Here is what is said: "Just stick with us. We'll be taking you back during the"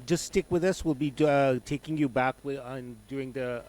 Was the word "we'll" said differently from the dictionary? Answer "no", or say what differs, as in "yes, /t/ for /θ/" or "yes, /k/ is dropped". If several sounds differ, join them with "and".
no